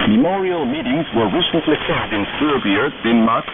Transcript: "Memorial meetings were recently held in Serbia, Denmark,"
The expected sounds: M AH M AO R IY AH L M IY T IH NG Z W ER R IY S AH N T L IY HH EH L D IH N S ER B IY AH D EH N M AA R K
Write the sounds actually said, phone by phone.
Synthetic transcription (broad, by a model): M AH M AO R IY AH L M IY T IH NG Z W ER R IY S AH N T L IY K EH D IH N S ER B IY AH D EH N M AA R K